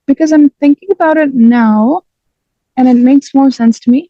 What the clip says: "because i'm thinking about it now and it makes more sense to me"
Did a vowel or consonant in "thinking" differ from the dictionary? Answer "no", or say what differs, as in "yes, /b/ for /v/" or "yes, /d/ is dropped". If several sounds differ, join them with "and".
no